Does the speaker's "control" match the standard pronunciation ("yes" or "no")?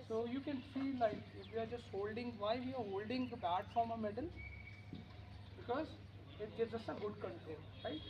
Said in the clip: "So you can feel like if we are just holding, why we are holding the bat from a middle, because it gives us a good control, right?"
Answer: no